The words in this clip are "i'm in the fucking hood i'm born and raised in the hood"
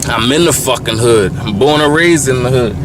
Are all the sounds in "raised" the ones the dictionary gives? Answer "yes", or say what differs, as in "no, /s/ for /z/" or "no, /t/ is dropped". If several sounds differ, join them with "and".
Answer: no, /d/ is dropped